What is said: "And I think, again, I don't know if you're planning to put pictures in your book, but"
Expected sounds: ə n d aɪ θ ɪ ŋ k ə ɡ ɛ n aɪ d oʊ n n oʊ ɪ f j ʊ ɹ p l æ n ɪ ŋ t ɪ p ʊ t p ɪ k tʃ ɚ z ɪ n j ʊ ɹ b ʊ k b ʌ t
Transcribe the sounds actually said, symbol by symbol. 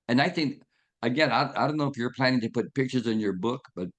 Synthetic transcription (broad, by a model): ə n aɪ θ ɪ ŋ k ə ɡ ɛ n aɪ d oʊ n n oʊ ɪ f j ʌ ɹ p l æ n ɪ ŋ t ɪ p ʊ t p ɪ k tʃ ɚ z ɪ n j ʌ ɹ b ʊ k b ʌ t